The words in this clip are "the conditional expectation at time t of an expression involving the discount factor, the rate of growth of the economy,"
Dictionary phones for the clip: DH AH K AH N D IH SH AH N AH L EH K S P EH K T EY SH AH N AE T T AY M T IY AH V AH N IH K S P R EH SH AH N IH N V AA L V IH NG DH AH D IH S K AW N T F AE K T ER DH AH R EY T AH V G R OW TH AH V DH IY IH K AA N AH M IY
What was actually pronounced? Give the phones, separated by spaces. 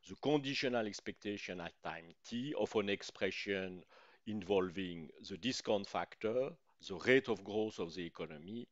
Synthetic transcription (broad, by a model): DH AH K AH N D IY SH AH N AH L EH K S P EH K T EY SH AH N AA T T AY M T IY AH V AH N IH K S P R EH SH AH N IH N V AA L V IH NG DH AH D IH S K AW N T F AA K T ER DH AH R EY T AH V G R OW S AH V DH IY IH K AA N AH M IY